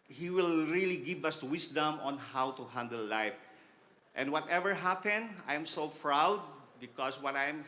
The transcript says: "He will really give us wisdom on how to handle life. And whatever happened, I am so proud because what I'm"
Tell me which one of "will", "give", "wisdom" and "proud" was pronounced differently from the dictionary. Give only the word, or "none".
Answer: wisdom